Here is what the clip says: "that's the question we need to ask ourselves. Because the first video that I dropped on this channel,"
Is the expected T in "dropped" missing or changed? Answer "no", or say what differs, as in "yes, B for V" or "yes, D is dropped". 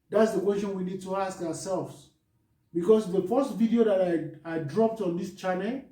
no